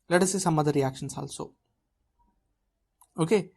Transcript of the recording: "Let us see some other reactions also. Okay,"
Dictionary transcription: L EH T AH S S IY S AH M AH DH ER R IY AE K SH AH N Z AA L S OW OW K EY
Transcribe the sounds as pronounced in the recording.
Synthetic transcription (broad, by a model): L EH T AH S S IY S AH M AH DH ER R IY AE K SH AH N S AA L S OW OW K EY